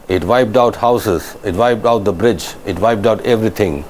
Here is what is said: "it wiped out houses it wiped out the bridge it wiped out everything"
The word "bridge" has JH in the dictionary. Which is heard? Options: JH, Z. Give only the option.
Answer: JH